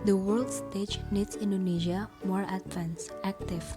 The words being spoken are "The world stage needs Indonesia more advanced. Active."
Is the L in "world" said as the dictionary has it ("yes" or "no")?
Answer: yes